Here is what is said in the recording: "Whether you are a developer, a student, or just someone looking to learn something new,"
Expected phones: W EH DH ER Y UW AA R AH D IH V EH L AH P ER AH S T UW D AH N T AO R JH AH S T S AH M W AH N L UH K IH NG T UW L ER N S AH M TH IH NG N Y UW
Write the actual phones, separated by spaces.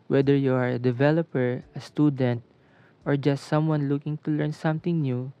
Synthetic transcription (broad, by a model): W EH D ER Y UW AA R AH D IH V EH L AH P ER AH S T UW D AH N T AO R JH AH S T S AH M W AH N L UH K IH NG T UW L ER N S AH M T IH NG N Y UW